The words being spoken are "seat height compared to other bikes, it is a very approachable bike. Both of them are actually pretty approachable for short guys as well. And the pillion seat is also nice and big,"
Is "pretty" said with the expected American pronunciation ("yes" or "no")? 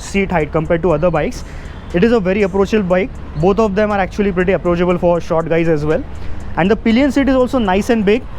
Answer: yes